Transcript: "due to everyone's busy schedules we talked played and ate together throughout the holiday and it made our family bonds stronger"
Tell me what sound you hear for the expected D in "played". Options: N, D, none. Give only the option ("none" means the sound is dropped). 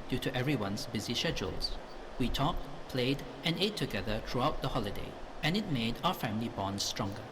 D